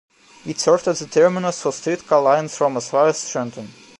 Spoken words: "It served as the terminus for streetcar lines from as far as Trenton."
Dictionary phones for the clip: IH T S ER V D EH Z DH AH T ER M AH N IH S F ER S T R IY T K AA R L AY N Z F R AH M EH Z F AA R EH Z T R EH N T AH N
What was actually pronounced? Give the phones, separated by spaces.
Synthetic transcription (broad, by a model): IH T S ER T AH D DH AH T ER M AH N IH S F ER S T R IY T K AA L AY N S F R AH M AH S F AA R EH S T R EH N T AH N